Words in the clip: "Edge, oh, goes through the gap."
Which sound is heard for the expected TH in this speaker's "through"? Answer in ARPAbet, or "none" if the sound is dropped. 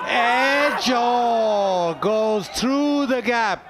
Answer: TH